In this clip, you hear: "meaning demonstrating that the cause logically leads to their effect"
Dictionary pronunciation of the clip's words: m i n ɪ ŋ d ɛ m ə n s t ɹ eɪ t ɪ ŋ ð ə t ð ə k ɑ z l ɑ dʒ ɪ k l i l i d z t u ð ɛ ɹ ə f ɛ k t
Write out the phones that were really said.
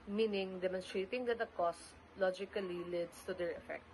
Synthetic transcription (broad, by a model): m i n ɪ ŋ d ɛ m ə n s t ɹ eɪ t ɪ ŋ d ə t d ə k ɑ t l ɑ dʒ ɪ k l i l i d s t u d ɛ ɹ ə f ɛ k t